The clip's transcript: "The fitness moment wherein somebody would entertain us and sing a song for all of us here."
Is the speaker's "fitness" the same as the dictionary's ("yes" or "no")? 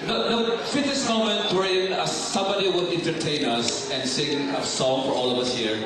no